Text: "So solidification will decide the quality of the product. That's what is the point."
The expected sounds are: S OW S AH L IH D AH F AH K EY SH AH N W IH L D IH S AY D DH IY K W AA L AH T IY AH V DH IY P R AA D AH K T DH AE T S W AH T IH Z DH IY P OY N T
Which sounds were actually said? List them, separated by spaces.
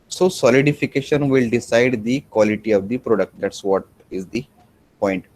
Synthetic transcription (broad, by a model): S OW S AH L IH D AH F AH K EY SH AH N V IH L D IH S AY D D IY K W AA L AH T IY AH V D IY P R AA D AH K T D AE T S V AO T IH Z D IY P OY N T